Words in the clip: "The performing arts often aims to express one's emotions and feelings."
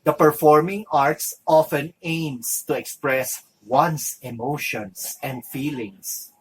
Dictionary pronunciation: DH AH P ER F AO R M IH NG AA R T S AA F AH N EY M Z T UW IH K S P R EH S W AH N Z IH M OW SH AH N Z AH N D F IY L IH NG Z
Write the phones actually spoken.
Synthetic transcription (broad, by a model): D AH P ER F AO R M IH NG AA R T S AA F AH N EY M S T UW IH K S P R EH S W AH N S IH M OW SH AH N S AH N D F IY L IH NG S